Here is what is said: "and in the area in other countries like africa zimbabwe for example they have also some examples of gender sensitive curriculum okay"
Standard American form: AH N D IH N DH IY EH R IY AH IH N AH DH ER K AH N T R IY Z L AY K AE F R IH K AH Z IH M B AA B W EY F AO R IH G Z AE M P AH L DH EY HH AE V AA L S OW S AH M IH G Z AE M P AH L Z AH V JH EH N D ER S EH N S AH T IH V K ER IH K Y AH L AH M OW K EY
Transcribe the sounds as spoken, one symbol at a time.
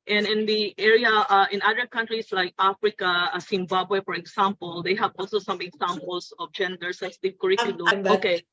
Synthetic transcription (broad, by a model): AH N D IH N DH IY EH R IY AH IH N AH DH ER K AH N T R IY S L AY K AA F R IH K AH S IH M B AA B W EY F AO R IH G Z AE M P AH L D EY HH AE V AA L S OW S AH M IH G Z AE M P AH L S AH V JH EH N D ER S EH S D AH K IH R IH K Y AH L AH OW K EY